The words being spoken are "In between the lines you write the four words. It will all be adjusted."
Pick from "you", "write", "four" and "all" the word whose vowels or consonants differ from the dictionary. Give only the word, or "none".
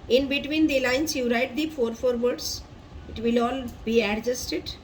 none